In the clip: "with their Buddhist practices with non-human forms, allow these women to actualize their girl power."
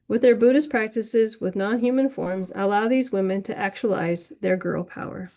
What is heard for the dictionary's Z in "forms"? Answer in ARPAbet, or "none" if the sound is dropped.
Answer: Z